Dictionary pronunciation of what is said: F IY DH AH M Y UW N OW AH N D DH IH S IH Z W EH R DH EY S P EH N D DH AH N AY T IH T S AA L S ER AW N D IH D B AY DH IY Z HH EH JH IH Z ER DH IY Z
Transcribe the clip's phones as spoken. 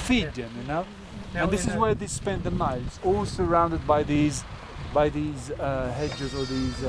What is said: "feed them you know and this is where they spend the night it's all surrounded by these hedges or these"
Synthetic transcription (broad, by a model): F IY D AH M Y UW N OW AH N DH IH S IH Z W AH R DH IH S P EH N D DH AH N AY IH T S AA L S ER AW N D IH D B AY DH IY Z HH EH JH IH Z ER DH IY Z